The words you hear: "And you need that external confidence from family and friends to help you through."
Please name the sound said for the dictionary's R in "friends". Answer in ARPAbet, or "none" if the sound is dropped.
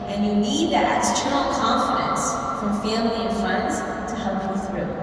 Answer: none